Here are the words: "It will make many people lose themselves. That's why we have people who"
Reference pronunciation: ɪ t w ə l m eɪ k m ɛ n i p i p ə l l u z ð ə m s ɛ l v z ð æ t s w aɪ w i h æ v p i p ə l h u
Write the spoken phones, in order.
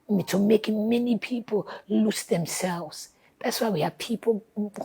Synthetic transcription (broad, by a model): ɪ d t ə m eɪ k m ɛ n i p i p ə l l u s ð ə m s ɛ l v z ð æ t s w aɪ w i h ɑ p i p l